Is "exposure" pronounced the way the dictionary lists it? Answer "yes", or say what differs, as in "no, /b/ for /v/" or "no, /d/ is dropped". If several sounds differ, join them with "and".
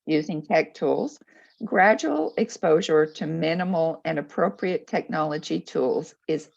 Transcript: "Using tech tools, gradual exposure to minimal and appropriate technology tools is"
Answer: yes